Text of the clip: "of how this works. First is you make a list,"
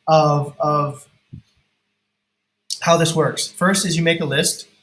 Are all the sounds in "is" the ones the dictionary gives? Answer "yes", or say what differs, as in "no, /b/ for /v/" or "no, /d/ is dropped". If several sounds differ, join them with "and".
yes